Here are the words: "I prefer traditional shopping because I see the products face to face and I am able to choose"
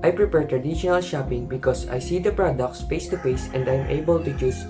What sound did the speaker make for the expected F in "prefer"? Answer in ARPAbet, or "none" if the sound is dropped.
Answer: P